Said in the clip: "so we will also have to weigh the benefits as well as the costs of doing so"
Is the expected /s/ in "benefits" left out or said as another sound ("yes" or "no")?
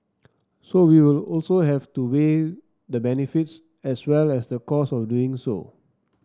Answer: no